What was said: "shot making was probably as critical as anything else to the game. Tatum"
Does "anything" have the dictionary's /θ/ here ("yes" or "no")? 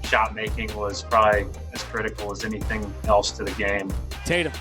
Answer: yes